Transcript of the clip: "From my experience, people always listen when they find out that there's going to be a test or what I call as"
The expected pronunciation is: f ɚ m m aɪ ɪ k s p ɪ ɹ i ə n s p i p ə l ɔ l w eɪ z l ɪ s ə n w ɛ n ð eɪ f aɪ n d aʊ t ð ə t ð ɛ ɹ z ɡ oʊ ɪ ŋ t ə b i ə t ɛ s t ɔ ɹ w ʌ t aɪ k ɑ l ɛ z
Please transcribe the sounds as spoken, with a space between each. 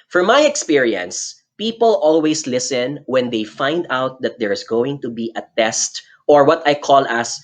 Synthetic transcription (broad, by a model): f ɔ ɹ m aɪ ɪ k s p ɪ ɹ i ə n s p i p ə l ɔ l w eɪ s l ɪ s ə n w ɛ n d eɪ f aɪ n d aʊ t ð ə t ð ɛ ɹ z ɡ oʊ ɪ ŋ t ə b i ə t ɛ s t ɔ ɹ w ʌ t aɪ k ɑ l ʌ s